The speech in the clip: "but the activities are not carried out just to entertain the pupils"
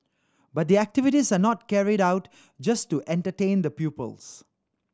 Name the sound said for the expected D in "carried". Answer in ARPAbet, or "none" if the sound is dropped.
D